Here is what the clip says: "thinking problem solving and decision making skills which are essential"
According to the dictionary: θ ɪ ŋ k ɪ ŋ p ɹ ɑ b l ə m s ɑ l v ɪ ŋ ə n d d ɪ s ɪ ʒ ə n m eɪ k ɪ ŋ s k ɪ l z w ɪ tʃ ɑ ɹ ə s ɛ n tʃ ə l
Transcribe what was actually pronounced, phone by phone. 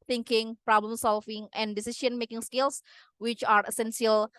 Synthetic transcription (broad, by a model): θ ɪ ŋ k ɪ ŋ p ɹ ɑ b l ə m s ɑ l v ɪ ŋ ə n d d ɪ s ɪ ʃ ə n m eɪ k ɪ ŋ s k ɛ l s w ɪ tʃ ɑ ɹ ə s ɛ n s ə l